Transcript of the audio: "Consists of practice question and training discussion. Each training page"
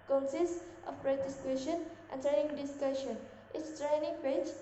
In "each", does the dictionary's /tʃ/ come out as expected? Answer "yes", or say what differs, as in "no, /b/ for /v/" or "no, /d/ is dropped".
no, /s/ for /tʃ/